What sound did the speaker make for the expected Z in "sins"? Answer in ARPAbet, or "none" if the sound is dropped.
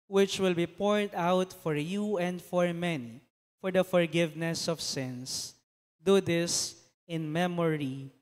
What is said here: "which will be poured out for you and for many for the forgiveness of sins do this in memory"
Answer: S